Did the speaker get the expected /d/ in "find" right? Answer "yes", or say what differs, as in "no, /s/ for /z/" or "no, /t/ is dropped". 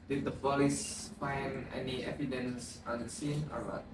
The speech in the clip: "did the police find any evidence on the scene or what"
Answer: no, /d/ is dropped